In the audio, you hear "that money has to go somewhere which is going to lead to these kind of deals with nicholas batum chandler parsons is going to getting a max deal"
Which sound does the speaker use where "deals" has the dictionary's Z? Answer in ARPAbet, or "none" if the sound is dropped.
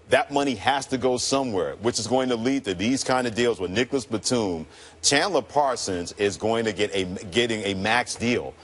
Z